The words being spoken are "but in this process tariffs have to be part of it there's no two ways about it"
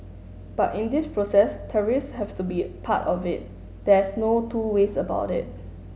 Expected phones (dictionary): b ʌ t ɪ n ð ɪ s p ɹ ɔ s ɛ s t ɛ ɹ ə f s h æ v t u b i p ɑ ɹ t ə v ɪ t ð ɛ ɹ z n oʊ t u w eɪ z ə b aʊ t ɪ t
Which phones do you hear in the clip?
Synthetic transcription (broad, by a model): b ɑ t ɪ n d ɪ s p ɹ ɔ s ɛ s t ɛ ɹ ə s h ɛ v t u b i p ɑ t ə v ɪ t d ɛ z n oʊ t u w eɪ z ə b aʊ t ɪ t